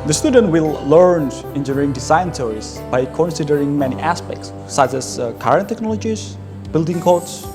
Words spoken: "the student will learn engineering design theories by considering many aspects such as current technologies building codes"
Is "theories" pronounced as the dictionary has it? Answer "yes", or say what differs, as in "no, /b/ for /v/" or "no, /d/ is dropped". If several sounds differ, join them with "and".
no, /s/ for /θ/ and /s/ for /z/